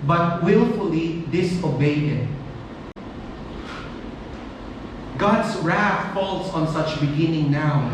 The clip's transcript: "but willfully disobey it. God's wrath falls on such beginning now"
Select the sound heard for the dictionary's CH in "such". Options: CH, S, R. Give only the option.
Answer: CH